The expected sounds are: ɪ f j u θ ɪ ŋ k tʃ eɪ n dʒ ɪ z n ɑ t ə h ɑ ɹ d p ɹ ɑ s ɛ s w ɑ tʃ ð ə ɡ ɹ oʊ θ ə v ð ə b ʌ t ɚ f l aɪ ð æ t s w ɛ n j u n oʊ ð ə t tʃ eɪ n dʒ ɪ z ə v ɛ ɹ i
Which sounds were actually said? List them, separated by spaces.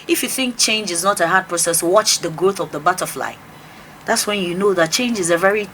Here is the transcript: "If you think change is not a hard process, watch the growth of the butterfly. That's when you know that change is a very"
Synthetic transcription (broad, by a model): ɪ f j u θ ɪ ŋ k tʃ eɪ n dʒ ɪ z n ɑ t ə h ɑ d p ɹ ɑ s ɛ s w ɑ tʃ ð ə ɡ ɹ oʊ θ ə v ð ə b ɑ t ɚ f l aɪ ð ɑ t s w ɛ n j u n oʊ ð ə t tʃ eɪ n dʒ ɪ z ə v ɛ ɹ i